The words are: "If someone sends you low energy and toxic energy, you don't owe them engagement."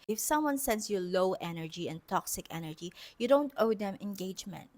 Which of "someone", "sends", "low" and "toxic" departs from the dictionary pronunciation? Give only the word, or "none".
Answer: sends